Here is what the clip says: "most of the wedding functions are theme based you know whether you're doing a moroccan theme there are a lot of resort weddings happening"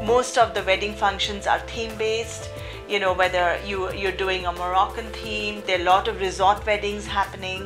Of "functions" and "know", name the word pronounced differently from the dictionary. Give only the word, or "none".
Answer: none